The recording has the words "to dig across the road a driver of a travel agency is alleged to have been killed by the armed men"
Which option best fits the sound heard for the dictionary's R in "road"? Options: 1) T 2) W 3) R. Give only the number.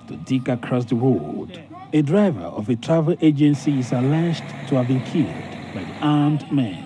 2